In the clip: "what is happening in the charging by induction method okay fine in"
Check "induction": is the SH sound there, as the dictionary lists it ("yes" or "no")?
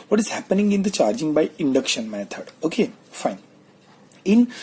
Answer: yes